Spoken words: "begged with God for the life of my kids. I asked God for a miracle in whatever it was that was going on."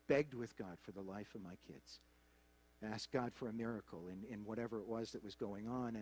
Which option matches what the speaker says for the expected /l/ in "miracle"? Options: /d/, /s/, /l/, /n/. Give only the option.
/n/